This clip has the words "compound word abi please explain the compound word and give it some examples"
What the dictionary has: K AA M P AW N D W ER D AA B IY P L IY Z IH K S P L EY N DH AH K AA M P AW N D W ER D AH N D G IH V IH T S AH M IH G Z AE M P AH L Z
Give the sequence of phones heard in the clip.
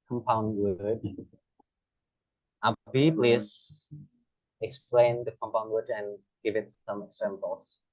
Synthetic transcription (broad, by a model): K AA M P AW N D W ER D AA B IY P L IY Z IH K S P L EY N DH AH K AA M P AW N D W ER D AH N G IH V IH T S AH M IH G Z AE M P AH L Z